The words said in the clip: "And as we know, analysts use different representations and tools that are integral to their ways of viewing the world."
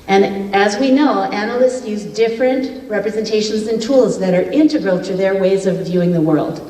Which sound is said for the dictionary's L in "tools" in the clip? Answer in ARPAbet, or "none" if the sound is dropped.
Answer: L